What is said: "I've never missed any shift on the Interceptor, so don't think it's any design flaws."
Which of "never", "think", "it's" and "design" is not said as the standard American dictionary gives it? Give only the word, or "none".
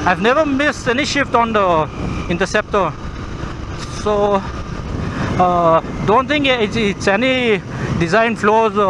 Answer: think